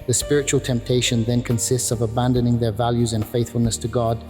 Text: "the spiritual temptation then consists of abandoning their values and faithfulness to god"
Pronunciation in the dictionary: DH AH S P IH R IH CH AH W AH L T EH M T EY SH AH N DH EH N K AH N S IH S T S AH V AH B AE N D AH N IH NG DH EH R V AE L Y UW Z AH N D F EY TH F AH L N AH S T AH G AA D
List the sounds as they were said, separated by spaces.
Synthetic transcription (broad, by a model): DH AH S P IH R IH CH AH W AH L T EH M T EY SH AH N DH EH N K AH N S IH S T S AH V AH B AE N D AH N IH NG DH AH R V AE L Y UW Z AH N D F EY TH F AH L N AH S T AH G AA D